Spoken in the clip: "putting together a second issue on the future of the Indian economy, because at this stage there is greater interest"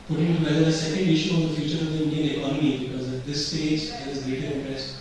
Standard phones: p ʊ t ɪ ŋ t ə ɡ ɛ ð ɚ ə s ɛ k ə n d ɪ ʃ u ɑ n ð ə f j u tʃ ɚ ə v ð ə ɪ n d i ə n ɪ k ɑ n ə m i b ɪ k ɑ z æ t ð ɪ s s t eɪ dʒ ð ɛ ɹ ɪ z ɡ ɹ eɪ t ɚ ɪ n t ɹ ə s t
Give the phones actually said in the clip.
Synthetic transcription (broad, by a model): p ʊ t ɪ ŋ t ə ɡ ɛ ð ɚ ə s ɛ k ə n d ɪ ʃ u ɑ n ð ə f j u tʃ ɚ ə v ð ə ɪ n d i ə n ɪ k ɑ n ə m i b ɪ k ɑ z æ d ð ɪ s s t eɪ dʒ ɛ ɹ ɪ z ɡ eɪ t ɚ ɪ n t ɹ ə s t